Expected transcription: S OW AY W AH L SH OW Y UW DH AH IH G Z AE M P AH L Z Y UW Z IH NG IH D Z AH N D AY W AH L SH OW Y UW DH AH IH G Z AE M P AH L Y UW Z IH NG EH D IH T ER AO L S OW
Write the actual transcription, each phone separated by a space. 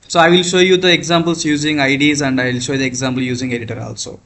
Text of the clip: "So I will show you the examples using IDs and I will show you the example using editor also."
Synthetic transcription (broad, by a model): S OW AY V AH L SH OW Y UW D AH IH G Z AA M B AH L S Y UW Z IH NG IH D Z AH N D AY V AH L SH OW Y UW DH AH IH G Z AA M B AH L Y UW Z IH NG EH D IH T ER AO L S OW